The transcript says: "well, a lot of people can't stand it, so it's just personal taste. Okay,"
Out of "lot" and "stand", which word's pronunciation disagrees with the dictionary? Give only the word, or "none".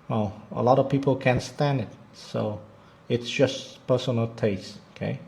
none